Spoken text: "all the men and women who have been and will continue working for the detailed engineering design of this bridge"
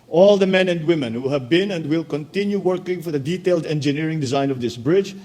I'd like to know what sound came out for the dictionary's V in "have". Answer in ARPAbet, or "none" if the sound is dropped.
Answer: V